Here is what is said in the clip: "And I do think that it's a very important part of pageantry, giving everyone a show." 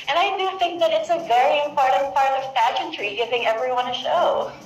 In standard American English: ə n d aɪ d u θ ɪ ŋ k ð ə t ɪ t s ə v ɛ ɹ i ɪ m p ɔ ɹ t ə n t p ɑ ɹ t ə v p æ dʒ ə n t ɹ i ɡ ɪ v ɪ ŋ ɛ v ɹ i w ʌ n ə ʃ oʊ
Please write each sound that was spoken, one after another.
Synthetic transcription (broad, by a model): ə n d aɪ d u θ ɪ ŋ k ð ə t ɪ t s ə v ɛ ɹ i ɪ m p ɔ ɹ t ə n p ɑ ɹ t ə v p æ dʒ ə n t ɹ i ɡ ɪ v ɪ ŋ ɛ v ɹ i w ʌ n ə ʃ oʊ